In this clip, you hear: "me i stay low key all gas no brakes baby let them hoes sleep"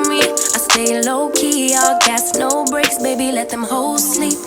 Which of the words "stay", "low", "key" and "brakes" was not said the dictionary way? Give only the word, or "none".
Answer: none